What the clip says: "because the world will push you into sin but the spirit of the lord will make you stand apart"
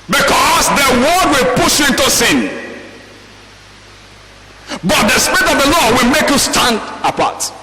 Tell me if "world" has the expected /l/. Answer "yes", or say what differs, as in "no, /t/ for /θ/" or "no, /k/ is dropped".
no, /l/ is dropped